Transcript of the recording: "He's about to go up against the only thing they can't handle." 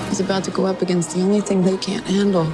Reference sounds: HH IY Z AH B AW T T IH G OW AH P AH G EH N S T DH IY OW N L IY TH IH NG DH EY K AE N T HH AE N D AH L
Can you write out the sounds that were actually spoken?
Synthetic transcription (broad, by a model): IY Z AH B AW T T IH G OW AH P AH G EH N S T DH IY OW N L IY TH IH NG DH EY K AE N T HH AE N D L